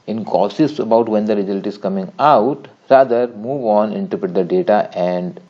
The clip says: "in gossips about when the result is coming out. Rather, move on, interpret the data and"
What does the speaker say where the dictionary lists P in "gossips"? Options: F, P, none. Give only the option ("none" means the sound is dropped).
none